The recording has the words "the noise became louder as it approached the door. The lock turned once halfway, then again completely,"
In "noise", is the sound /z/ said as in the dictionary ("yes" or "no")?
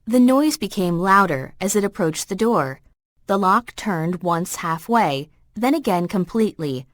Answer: yes